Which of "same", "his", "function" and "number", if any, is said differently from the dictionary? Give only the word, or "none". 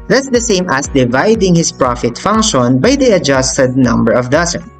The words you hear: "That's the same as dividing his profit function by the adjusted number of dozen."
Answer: his